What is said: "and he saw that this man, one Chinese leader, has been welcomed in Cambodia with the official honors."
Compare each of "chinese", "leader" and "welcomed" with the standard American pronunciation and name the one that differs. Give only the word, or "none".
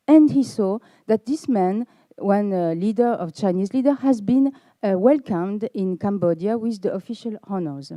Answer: none